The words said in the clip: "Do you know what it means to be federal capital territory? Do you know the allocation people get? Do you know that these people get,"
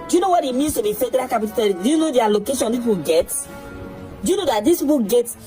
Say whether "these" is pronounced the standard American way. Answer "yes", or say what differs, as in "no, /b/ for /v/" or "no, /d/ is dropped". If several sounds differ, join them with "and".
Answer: no, /s/ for /z/